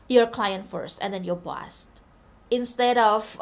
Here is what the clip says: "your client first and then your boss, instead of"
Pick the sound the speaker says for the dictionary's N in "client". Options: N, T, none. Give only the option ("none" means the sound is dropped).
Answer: N